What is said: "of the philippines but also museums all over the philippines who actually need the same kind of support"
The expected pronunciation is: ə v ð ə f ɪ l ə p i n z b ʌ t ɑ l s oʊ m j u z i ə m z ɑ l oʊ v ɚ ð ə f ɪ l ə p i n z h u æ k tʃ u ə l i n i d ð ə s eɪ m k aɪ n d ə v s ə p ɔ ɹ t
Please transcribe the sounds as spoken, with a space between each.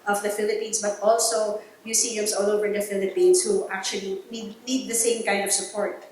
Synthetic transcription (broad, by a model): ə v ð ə f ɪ l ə p i n s b ʌ t ɑ l s oʊ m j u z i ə m s ɑ l oʊ v ɚ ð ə f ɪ l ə p i n s h u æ k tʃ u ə n i n i d ð ə s eɪ m k aɪ n d ə v s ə p ɔ ɹ t